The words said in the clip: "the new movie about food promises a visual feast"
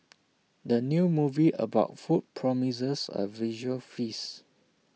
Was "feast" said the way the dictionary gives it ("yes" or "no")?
no